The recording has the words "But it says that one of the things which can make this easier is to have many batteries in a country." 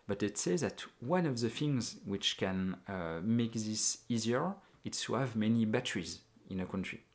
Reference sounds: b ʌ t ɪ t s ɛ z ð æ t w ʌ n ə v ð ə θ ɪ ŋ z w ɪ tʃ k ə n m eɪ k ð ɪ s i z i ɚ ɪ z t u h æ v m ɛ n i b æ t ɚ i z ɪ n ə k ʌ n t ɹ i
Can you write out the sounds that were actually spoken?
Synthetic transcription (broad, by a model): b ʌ t ɪ t s ɛ z ð æ t w ʌ n ə v ð ə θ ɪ ŋ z w ɪ tʃ k ə n m eɪ k ð ɪ s i z i ɚ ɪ s t u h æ v m ɛ n i b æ t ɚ i z ɪ n ə k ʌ n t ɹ i